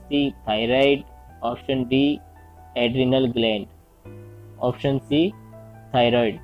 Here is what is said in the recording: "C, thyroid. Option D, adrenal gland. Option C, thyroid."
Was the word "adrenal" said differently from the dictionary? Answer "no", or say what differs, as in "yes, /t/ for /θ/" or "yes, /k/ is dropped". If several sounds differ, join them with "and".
no